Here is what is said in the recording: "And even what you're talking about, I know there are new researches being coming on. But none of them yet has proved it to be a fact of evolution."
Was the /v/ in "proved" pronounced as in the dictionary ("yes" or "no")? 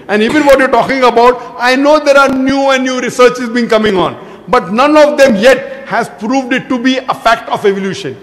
yes